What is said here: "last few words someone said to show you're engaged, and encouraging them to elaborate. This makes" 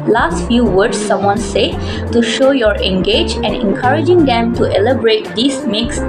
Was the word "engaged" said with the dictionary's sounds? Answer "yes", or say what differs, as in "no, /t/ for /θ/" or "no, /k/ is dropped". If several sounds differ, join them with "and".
no, /d/ is dropped